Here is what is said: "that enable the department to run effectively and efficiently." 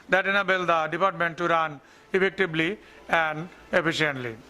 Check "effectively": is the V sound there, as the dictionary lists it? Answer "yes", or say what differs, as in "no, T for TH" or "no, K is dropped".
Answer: no, B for V